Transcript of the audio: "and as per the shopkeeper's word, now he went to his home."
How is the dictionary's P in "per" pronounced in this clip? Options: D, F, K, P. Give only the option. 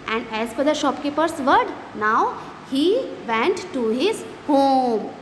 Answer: F